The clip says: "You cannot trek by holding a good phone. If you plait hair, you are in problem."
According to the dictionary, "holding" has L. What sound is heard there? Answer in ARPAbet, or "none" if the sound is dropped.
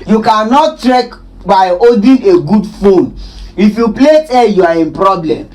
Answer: none